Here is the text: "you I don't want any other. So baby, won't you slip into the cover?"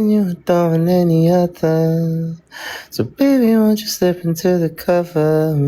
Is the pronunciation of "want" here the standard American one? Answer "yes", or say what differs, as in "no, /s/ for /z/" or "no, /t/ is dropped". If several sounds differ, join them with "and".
no, /t/ is dropped